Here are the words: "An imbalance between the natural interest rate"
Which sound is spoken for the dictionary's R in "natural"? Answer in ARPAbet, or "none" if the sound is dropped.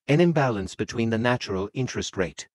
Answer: R